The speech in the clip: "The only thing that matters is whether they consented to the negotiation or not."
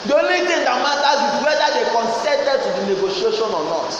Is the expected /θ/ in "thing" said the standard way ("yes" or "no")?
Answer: no